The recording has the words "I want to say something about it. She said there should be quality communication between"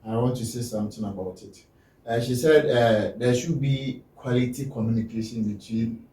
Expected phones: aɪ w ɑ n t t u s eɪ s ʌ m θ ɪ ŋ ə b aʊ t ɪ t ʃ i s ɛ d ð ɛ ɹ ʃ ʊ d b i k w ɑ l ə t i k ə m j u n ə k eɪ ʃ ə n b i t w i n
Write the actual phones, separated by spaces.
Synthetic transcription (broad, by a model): aɪ w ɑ n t t u s eɪ s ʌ m t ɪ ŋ ə b aʊ t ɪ t ʃ i s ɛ d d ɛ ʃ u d b i k w ɑ l ə t i k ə m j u n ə k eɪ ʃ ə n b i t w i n